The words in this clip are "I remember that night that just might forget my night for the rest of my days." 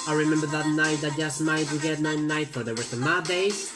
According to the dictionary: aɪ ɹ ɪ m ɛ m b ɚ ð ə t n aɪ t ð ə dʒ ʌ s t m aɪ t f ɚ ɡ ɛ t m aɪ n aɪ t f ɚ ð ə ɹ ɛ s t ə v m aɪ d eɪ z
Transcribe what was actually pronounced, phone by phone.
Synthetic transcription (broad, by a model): aɪ ɹ ɪ m ɛ m b ɚ ð ə t n aɪ t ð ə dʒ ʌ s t m aɪ t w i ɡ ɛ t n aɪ n aɪ t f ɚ ð ə w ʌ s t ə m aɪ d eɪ